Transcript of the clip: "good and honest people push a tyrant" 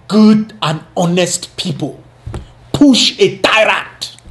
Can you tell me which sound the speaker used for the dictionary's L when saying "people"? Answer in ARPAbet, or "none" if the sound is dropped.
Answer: L